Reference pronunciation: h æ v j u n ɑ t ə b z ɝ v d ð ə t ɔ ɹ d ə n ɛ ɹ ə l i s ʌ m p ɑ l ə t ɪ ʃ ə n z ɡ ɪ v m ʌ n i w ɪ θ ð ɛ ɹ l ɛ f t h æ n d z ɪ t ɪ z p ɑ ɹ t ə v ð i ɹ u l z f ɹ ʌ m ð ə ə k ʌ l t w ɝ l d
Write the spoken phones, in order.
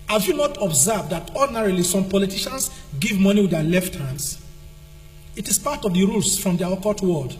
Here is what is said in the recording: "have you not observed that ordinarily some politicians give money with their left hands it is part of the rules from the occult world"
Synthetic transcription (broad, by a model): h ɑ v j u n ɑ t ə b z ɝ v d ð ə t ɔ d n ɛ ɹ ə l i s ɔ m p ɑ l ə t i ʃ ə n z ɡ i v m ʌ n i w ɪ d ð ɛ l ɛ f t h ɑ n d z ɪ t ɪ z p ɑ t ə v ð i ɹ u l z f ɹ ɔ m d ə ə k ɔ t w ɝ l d